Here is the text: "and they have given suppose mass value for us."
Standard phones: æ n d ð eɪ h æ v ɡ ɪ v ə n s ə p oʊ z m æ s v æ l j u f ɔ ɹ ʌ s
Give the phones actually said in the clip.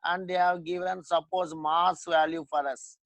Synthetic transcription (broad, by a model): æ n d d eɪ h æ v ɡ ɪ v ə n s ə p oʊ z m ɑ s v æ l j u f ɔ ɹ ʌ s